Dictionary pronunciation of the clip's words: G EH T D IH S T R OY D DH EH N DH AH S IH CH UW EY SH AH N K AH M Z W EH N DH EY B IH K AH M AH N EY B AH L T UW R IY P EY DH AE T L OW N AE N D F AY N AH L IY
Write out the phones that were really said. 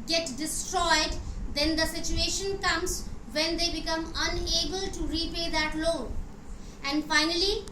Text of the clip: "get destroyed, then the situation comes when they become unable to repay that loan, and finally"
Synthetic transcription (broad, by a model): G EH T D IH S T R OY D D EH N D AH S IH CH UW EY SH AH N K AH M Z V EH N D EY B IH K AH M AH N EY B AH L T UW R IY P EY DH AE T L OW AE N D F AY N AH L IY